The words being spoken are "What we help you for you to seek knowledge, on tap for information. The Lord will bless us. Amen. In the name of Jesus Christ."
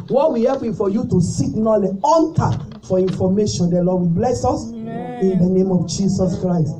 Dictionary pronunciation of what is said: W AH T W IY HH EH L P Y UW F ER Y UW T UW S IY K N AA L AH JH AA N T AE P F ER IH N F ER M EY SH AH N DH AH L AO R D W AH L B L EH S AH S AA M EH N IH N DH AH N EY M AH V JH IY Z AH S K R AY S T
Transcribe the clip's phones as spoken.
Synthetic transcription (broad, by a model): W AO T W IY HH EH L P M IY F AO Y UW T UW S IY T N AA L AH AA N T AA F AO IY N F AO M EY SH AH N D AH L AO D W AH B L EH S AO S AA N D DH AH N EY M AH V JH IY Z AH S K R AY S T